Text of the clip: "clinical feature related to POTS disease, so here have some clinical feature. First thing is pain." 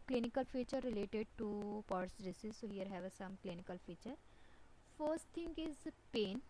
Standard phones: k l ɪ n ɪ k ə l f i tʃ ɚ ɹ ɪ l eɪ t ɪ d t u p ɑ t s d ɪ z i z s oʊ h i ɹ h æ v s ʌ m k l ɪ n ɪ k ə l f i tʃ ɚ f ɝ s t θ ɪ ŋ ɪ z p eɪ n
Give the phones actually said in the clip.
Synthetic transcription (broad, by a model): k l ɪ n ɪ k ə l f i tʃ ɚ ɹ ɪ l eɪ t ɪ d t u p ɑ t s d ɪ s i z s oʊ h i ɹ h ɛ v s ʌ m k l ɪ n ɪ k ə l f i tʃ ɚ f ɝ s t t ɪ ŋ ɪ z p eɪ n